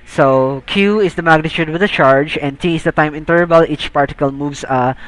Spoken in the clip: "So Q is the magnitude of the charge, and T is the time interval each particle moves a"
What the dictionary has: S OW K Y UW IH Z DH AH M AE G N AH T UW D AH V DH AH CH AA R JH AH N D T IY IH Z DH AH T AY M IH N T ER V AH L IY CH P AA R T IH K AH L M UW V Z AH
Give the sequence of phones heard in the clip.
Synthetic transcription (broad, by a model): S OW K Y UW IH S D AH M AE G N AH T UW D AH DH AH CH AA R JH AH N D T IY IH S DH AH T AY M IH N T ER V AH L IY CH P AA R T IH K AH L M UW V S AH